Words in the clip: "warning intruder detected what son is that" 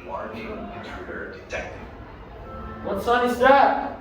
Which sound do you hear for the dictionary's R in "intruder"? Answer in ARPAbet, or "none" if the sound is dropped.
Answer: none